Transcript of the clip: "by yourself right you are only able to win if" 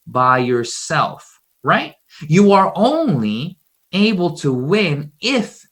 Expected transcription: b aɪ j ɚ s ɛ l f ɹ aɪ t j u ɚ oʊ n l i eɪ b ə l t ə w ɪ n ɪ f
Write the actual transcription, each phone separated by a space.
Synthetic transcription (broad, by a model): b aɪ j ɚ s ɛ l f ɹ aɪ t j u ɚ oʊ n l i eɪ b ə l t ə w ɪ n ɪ f